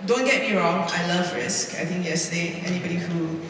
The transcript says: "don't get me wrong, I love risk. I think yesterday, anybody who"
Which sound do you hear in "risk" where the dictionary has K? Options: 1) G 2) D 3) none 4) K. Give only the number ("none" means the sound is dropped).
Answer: 4